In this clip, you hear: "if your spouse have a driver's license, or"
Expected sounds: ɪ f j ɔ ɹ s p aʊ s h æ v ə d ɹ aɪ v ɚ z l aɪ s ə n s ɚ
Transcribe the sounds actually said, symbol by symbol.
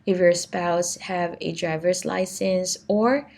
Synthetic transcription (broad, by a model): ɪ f j ɔ ɹ s p aʊ s h æ v ə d ɹ aɪ v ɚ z l aɪ s ə n s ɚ